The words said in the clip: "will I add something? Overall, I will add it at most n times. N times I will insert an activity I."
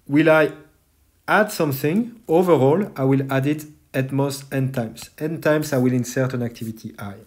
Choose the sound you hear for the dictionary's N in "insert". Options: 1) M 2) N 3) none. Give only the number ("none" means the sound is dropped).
2